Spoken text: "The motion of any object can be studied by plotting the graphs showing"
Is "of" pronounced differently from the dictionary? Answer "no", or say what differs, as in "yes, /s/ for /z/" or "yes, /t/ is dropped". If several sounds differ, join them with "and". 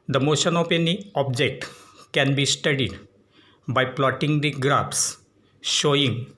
yes, /p/ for /v/